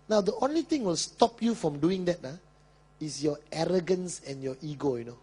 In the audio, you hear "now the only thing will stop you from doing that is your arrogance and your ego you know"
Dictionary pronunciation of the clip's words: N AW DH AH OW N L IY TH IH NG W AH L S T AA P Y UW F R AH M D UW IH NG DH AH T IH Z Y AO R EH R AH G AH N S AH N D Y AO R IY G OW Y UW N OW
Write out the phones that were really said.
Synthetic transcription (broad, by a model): N AW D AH OW N L IY T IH NG W AH L S T AA P Y UW F R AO M D UW IH NG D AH T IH S Y AO EH R AH G AH N S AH N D Y AO IY G OW Y UW N OW